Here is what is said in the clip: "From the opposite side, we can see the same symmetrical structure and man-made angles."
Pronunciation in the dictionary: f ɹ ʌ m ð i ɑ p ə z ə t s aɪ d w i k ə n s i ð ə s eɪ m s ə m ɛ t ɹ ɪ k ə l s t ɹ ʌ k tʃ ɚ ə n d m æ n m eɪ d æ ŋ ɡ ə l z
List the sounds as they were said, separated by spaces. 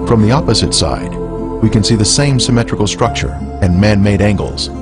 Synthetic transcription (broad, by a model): f ɹ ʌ m ð i ɑ p ə z ə t s aɪ d w i k ə n s i ð ə s eɪ m s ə m ɛ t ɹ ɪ k l s t ɹ ʌ k tʃ ɚ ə n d m æ n m eɪ d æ ŋ ɡ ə l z